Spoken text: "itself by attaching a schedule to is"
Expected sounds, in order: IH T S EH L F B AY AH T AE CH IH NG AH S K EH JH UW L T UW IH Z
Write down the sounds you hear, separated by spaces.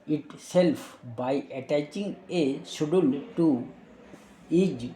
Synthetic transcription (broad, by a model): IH T S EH L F B AY AH T AE CH IH NG AH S UW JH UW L T UW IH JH